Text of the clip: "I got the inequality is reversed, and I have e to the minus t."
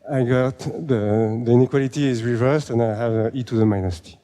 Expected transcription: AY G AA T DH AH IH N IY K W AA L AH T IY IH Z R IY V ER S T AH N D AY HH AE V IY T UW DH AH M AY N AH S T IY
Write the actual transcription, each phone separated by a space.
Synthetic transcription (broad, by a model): AY G AA T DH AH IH N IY K W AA L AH T IY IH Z R IY V ER S T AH N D AY HH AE V IY T UW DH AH M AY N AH S T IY